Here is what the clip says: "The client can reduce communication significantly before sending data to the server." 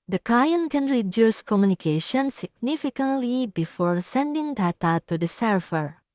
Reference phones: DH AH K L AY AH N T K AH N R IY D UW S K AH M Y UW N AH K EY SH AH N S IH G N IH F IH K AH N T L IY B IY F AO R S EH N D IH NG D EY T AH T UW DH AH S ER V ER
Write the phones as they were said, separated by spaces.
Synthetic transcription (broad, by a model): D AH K AY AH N K AH N R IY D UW S K AH M Y UW N AH K EY SH AH N S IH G N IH F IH K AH N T L IY B IY F AO R S EH N D IH NG D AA T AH T UW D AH S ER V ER